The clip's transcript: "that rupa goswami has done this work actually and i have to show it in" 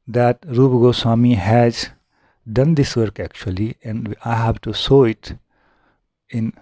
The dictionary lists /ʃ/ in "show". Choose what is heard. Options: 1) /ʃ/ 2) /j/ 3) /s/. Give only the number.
3